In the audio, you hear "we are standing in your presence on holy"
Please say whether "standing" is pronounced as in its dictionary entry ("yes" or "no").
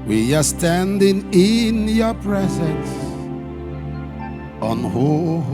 yes